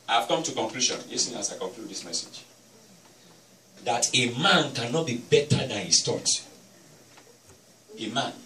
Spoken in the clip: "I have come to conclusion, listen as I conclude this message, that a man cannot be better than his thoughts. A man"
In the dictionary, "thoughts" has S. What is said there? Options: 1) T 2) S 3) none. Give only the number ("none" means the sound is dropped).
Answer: 3